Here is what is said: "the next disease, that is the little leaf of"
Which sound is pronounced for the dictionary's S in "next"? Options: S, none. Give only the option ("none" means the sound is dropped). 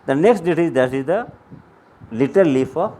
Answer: S